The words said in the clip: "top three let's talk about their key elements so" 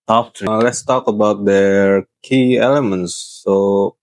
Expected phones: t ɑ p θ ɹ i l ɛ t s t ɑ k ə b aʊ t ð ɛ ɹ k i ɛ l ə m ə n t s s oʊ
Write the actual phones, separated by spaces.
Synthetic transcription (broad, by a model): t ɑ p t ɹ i l ɛ t s t ɑ k ə b aʊ t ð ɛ ɹ k i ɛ l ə m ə n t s s oʊ